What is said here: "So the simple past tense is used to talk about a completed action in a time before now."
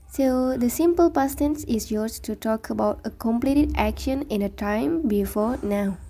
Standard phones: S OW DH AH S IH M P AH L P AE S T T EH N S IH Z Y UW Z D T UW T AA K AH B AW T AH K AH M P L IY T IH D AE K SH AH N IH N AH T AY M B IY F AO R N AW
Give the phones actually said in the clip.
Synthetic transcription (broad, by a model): S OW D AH S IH M P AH L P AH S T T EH N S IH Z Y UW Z T UW T AA K AH B AW T AH K AH M P L IY T IH D AE K SH AH N IH N AH T AY M B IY F AO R N AW